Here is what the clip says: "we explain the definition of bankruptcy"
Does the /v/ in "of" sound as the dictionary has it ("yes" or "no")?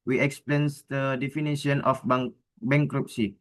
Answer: no